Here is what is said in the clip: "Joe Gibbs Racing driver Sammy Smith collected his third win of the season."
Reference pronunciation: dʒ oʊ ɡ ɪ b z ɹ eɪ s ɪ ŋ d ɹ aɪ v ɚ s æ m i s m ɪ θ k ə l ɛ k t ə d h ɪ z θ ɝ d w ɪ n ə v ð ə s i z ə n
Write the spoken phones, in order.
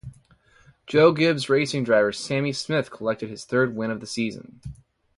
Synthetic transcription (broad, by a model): dʒ oʊ ɡ ɪ b z ɹ eɪ s ɪ ŋ d ɹ aɪ v ɚ s æ m i s m ɪ θ k ə l ɛ k t ə d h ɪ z θ ɝ d w ɪ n ə v ð ə s i z ə n